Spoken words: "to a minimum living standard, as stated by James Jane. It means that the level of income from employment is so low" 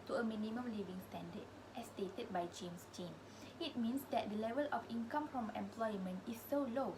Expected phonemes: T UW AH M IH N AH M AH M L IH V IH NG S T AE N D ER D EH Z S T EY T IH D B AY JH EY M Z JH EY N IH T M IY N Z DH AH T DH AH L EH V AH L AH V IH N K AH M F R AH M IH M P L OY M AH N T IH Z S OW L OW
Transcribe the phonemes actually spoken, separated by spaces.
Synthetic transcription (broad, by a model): T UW AH M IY N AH M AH M L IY V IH NG S T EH N D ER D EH S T EY T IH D B AY JH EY M S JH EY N IH T M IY N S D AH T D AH L EH V AH L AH F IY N K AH M F R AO M IH M P L OY M AH N T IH S OW L OW